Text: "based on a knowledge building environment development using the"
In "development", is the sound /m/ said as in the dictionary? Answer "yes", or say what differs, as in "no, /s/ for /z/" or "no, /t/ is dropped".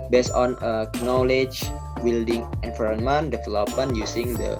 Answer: no, /m/ is dropped